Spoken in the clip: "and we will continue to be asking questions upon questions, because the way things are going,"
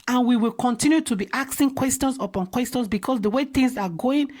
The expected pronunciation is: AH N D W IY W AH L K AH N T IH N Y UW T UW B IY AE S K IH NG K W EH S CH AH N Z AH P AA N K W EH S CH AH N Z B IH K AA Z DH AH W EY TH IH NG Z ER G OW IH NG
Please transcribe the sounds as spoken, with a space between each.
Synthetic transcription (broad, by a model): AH N W IY W AH L K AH N T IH N Y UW T UW B IY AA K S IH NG K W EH S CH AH N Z AH P AA N K W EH S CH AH N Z B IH K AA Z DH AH W EY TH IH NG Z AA G OW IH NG